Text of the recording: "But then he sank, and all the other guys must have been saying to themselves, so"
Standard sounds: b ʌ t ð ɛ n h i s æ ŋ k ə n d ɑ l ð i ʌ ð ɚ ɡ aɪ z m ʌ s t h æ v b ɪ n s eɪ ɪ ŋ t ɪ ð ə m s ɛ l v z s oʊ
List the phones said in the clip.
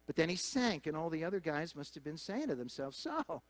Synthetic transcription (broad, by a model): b ʌ t ð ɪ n i s æ ŋ k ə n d ɑ l ð i ʌ ð ɚ ɡ aɪ z m ʌ s t h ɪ v b ɪ n s eɪ ɪ ŋ t ɪ ð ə m s ɛ l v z s oʊ